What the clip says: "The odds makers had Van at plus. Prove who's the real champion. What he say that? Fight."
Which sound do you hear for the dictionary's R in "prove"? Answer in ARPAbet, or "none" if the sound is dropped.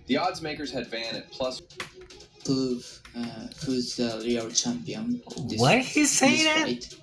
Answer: none